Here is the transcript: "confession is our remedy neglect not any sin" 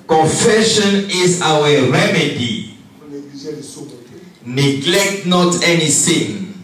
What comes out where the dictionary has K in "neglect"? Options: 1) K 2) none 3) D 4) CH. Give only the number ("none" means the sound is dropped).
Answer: 1